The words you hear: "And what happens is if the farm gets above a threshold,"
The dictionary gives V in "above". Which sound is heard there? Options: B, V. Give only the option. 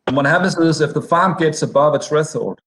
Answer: V